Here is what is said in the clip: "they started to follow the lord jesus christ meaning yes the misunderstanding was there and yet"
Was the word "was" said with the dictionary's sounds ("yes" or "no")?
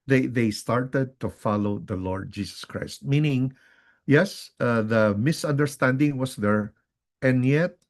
no